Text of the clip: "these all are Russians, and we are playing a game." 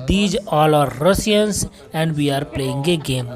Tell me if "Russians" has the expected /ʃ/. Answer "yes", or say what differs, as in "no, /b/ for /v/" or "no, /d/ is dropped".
no, /s/ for /ʃ/